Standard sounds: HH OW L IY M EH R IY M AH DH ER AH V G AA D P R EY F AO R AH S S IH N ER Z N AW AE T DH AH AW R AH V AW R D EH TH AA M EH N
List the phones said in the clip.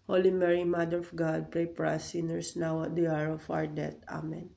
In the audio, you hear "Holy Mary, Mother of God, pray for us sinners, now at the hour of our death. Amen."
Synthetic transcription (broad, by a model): HH OW L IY M EH R IY M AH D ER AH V G AA D P R EY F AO R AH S S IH N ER S N AW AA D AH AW R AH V AW R D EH T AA M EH N